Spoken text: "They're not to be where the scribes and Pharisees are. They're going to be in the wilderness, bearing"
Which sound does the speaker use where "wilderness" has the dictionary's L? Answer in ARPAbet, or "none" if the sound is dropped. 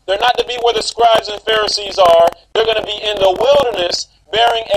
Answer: L